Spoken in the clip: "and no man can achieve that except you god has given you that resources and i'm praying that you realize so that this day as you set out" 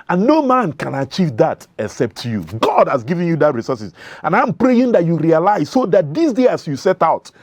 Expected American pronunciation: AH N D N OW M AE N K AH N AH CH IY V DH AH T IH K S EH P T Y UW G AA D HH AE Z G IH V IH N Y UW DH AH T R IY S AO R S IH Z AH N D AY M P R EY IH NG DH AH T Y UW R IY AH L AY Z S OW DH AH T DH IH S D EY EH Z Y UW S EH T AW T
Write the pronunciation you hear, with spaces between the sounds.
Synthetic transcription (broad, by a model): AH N N OW M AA N K AH N AH CH IY V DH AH T IH K S EH P T Y UW G AA D HH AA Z G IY V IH N Y UW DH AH T R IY S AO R S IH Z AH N AY M P R EY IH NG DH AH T Y UW R IY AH L AY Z S OW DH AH T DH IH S D EY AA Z Y UW S EH T AW T